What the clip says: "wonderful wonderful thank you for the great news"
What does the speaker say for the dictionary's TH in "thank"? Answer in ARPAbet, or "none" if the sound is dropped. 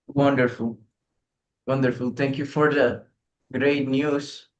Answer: T